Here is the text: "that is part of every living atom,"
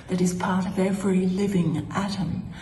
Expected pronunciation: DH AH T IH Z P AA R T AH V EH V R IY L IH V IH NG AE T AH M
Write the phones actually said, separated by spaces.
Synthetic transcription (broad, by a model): DH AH T IH Z P AA R T AH V EH V R IY L IH V IH NG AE T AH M